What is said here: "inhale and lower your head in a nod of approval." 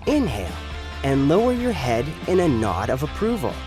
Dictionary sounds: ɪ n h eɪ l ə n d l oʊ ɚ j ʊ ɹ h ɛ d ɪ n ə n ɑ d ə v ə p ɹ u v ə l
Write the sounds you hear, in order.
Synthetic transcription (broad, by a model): ɪ n h eɪ l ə n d l oʊ ɚ j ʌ ɹ h ɛ d ɪ n ə n ɑ d ə v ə p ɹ u v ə l